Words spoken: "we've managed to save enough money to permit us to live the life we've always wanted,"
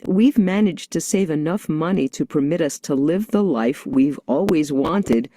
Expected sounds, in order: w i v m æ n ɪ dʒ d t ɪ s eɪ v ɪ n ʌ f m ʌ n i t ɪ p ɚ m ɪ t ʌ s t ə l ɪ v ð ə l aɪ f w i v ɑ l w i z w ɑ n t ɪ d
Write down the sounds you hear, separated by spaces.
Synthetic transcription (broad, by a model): w i v m æ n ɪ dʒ t ɪ s eɪ v ɪ n ʌ f m ʌ n i t ɪ p ɚ m ɪ t ʌ s t ə l ɪ v ð ə l aɪ f w i v ɑ l w i z w ɑ n t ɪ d